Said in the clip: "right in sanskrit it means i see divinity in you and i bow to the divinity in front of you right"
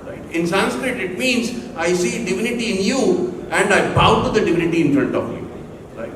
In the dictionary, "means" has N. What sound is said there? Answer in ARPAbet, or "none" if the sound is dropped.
N